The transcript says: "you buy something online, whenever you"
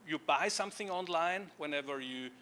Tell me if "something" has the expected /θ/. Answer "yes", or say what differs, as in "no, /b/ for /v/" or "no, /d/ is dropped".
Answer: yes